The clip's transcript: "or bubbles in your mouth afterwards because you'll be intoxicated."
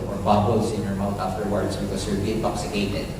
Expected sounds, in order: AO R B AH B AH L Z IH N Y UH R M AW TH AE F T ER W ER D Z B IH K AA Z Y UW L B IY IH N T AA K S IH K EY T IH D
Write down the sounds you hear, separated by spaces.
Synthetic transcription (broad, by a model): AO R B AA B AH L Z IH N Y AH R M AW T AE F T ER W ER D S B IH K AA S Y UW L B IY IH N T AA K S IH K EY T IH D